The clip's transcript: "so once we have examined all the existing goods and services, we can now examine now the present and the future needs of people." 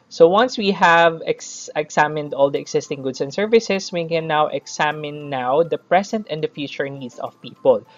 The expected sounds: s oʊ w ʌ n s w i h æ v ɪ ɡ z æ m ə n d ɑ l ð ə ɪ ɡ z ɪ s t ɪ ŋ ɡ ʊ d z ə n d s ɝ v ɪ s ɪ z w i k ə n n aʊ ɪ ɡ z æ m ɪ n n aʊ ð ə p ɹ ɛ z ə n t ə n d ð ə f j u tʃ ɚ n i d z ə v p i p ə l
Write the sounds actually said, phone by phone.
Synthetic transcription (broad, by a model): s oʊ w ʌ n s w i h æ v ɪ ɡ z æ m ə n d ɑ l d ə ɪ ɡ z ɪ s t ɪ ŋ ɡ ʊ d s ə n d s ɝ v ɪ s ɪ s w i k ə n n aʊ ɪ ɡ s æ m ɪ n n aʊ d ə p ɹ ɛ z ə n t ə n d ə f j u tʃ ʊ n i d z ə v p i p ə l